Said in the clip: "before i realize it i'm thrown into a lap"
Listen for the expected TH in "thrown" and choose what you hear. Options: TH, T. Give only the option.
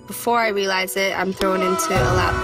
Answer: TH